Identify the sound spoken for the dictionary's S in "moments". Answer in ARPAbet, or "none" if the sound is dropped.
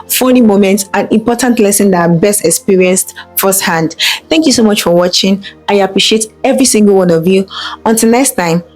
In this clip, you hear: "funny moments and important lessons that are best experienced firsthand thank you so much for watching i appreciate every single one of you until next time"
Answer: none